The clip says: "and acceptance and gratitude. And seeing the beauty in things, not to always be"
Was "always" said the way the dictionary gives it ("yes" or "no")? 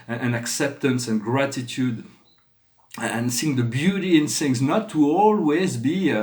yes